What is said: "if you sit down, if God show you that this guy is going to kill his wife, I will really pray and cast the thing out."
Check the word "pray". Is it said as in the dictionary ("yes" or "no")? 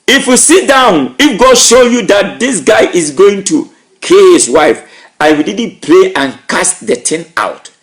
no